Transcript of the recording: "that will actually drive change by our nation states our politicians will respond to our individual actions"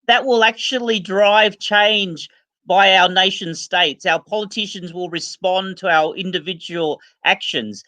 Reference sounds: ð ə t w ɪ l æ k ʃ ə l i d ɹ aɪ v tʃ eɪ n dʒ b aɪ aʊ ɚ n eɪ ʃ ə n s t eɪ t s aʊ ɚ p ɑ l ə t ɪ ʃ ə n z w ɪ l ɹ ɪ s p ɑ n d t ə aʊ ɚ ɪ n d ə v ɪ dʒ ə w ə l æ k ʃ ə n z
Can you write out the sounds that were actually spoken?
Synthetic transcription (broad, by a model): ð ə t w ɪ l æ k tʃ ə l i d ɹ aɪ v tʃ eɪ n dʒ b aɪ aʊ ɚ n eɪ ʃ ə n s t eɪ t s aʊ ɚ p ɑ l ə t ɪ ʃ ə n z w ɪ l ɹ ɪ s p ɑ n t ə aʊ ɚ ɪ n d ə v ɪ dʒ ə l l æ k ʃ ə n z